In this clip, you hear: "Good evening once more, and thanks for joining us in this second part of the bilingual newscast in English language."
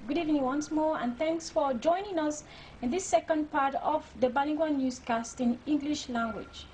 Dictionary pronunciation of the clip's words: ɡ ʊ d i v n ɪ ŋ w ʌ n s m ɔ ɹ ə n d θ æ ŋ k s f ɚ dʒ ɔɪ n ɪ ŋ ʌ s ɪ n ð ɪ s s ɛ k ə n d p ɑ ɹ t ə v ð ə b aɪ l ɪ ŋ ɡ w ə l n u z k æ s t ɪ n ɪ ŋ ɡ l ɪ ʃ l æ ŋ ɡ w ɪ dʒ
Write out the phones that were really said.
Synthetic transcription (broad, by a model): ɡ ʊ d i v n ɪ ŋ w ʌ n s m ɔ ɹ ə n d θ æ ŋ k s f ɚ dʒ ɔɪ n ɪ ŋ ʌ s ɪ n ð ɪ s s ɛ k ə n d p ɑ ɹ t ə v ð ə b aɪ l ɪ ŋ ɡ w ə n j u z k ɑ s t ɪ n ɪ ŋ ɡ l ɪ ʃ l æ ŋ ɡ w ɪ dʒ